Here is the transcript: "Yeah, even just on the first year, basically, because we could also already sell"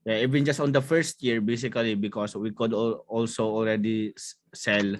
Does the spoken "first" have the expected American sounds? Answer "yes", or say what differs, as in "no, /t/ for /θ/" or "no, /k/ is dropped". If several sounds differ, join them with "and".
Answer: yes